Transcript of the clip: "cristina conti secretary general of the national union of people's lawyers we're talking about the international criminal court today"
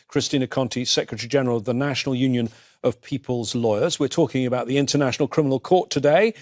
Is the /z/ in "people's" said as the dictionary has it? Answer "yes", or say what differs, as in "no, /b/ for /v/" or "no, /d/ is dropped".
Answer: yes